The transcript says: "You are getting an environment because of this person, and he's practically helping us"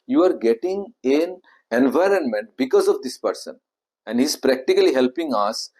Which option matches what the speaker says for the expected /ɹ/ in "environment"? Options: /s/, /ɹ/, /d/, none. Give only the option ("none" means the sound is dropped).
/ɹ/